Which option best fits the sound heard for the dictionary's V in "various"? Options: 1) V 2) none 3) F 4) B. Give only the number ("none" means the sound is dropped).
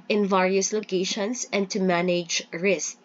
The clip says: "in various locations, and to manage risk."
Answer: 1